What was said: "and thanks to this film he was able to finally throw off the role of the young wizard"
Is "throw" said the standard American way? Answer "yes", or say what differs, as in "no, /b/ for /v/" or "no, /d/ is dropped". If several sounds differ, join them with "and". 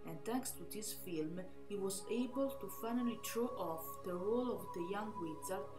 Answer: no, /t/ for /θ/